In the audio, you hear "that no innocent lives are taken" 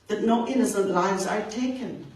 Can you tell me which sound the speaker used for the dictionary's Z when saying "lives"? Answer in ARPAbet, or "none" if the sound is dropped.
Z